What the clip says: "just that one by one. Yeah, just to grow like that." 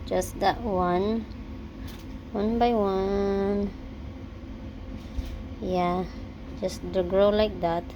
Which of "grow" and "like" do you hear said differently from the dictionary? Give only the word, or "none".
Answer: none